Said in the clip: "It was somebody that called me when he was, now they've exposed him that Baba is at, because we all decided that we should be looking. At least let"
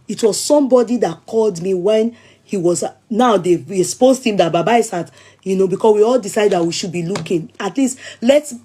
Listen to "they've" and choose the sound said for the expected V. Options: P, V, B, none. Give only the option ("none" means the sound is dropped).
none